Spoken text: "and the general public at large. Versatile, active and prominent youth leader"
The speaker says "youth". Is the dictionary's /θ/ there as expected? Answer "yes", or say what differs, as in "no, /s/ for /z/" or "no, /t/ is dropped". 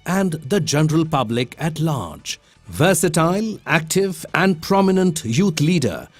no, /t/ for /θ/